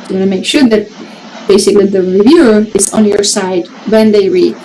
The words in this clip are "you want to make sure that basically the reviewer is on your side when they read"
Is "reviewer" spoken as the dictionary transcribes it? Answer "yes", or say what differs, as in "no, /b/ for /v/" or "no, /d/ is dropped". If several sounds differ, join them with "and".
yes